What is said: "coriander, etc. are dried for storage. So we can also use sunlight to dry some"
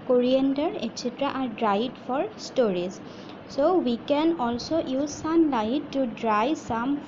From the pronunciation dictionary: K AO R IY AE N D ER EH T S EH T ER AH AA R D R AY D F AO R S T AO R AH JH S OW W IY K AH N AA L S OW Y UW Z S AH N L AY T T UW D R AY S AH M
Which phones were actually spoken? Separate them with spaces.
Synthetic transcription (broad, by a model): K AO R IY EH N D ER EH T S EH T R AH AA R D R AY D F AO R S T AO R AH Z S OW W IY K AH N AA L S OW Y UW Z S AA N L AY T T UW D R AY S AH M